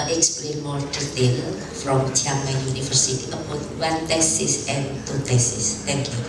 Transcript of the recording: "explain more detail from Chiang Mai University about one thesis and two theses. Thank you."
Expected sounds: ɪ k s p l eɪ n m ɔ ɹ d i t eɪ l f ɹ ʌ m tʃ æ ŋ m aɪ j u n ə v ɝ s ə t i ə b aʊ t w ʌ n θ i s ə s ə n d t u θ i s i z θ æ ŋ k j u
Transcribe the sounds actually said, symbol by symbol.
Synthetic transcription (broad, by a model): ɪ k s p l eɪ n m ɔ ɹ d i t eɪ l f ɹ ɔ m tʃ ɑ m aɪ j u n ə f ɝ s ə t i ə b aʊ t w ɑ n t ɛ s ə s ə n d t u t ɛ s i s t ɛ ŋ k j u